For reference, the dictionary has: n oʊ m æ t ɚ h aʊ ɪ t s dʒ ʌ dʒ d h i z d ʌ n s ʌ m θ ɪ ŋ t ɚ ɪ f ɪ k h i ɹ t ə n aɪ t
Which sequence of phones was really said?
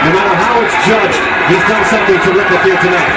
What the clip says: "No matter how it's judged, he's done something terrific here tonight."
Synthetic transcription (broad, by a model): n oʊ m æ t ɚ h aʊ ɪ t s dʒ ʌ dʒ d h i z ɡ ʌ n s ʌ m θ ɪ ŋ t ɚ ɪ p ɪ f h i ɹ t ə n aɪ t